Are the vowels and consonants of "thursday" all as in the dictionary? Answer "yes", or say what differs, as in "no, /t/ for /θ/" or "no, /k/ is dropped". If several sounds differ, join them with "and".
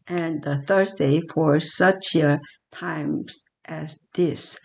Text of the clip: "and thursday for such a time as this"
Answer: yes